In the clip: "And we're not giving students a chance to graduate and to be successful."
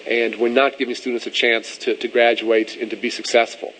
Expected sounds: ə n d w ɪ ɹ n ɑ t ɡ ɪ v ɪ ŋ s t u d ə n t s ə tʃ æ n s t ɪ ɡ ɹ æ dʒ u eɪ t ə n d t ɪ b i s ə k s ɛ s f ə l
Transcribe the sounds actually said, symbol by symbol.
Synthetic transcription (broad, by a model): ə n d w ɪ ɹ n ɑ t ɡ ɪ v ɪ ŋ s t u d n t s ə tʃ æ n s t ɪ ɡ ɹ æ dʒ u eɪ t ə n t ɪ b i s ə k s ɛ s f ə l